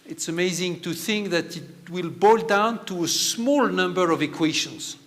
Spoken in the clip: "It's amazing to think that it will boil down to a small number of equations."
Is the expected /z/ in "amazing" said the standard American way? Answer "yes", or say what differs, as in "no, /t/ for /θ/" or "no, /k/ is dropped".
yes